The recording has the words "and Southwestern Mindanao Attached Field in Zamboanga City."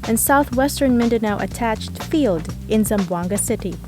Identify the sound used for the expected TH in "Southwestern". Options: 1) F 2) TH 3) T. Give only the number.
2